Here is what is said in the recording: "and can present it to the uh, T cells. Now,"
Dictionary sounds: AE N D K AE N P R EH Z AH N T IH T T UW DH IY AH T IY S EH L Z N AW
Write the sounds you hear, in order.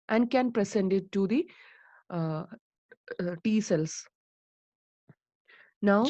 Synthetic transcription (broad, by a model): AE N D K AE N P R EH S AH N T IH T T UW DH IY T IY S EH L S N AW